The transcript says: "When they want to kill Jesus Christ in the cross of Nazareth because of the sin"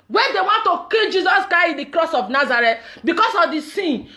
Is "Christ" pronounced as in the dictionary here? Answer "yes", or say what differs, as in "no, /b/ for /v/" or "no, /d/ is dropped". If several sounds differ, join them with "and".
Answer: no, /ɹ/ is dropped